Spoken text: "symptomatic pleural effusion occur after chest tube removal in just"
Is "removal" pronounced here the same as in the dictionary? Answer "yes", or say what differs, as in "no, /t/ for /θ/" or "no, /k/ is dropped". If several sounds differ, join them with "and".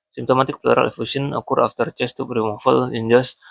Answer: no, /f/ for /v/